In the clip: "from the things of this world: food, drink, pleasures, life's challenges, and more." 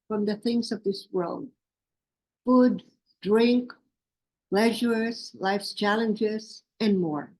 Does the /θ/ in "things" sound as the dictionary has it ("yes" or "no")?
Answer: yes